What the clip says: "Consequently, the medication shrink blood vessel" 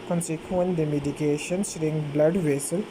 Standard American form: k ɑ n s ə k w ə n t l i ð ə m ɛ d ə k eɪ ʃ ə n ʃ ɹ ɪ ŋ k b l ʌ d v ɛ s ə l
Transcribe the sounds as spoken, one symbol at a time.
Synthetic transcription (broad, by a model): k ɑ n s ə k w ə n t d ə m ɛ d ə k eɪ ʃ ə n s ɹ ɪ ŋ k b l ʌ d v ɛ s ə l